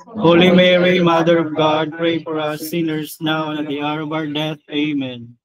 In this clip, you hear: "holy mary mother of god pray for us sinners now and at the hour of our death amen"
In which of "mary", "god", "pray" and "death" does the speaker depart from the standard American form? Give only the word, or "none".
death